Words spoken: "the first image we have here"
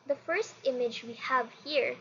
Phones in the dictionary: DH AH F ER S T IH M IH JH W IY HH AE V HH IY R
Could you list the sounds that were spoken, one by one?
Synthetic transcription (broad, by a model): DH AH F ER S T IH M IH JH W IY HH AE V HH IY R